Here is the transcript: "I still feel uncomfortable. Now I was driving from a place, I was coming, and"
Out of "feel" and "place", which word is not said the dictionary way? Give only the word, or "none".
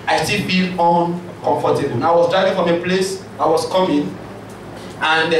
feel